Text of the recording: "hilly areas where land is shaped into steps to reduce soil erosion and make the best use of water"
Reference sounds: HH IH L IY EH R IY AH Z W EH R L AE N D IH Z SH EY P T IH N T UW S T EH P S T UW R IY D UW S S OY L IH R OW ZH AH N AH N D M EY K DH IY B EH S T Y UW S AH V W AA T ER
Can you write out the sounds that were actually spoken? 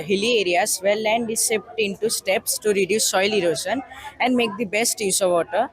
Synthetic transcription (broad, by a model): HH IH L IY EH R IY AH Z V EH R L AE N D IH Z S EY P T IH N T UW S T EH P S T UW R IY D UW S S OY L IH R OW SH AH N AH N D M EY K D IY B EH S T Y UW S AH V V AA T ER